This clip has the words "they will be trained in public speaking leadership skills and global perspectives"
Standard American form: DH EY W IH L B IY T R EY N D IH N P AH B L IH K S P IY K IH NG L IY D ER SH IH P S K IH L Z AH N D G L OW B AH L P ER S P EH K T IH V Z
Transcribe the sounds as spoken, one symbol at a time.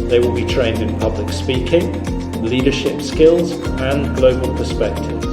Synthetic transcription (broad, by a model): DH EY W IH L B IY T R EY N D IH N P AH B L IH K S P IY K IH NG L IY D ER SH IH P S K IH L Z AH N G L OW B AH L P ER S P EH K T IH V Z